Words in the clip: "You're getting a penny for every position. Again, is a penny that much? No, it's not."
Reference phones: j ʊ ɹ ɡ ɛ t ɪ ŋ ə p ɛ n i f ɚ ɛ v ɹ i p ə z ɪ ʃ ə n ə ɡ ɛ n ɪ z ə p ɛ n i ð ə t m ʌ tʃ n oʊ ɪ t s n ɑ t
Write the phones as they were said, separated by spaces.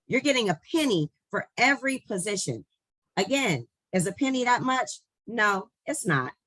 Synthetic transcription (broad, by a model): j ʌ ɹ ɡ ɛ t ɪ ŋ ə p ɛ n i f ɚ ɛ v ɹ i p ə z ɪ ʃ ə n ə ɡ ɛ n ɪ z ə p ɛ n i ð ə t m ʌ tʃ n oʊ ɪ t s n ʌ t